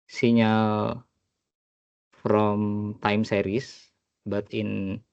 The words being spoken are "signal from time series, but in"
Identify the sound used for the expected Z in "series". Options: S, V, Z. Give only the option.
S